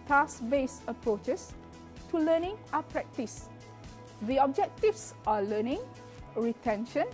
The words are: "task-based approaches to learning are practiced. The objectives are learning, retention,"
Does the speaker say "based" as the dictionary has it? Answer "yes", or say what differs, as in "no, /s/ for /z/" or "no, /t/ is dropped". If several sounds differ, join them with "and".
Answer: no, /t/ is dropped